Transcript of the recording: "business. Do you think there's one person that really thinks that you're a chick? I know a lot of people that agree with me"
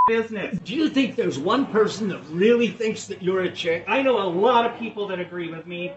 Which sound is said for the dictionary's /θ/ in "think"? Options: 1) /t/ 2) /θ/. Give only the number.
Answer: 2